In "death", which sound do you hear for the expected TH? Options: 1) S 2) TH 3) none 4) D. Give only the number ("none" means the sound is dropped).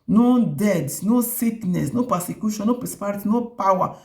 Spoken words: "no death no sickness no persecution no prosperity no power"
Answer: 1